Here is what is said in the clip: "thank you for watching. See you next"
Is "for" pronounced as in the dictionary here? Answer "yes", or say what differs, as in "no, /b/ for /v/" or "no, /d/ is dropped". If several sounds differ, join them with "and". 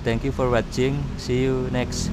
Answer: yes